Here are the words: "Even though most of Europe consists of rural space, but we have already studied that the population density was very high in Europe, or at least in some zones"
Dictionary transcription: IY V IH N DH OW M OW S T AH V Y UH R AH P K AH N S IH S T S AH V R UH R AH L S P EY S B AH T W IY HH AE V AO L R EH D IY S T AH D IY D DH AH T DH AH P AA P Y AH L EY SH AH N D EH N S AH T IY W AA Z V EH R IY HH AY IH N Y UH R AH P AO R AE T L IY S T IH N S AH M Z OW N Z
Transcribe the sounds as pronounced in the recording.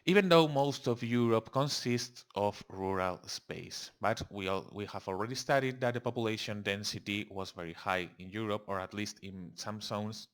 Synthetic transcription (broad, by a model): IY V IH N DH OW M OW S T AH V Y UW R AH P K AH N S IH S T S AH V R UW R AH L S P EY S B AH T W IY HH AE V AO L R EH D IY S T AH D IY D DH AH T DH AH P AA P Y AH L EY SH AH N D EH N S AH T IY W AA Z V EH R IY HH AY IH N Y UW R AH P AO R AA T L IY S T IH N S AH M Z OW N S